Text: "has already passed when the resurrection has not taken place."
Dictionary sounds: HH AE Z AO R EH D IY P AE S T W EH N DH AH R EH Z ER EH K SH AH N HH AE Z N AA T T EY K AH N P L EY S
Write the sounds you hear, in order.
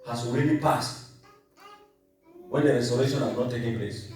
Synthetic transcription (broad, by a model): HH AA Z AO R EH D IY P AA S T W EH N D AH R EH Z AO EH SH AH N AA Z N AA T T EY K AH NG P L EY S